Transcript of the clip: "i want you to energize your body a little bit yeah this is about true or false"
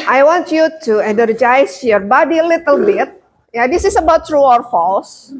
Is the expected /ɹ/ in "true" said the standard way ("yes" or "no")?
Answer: yes